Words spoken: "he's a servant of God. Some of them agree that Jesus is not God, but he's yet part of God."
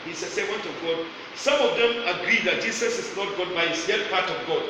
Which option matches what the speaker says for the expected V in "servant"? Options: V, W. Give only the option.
W